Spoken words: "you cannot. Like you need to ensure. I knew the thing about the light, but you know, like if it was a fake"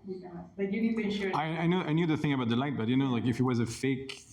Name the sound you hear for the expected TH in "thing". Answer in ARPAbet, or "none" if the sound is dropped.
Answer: TH